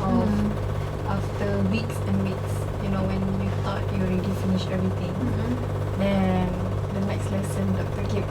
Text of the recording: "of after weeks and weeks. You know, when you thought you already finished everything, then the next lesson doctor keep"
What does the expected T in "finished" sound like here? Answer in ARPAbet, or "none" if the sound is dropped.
none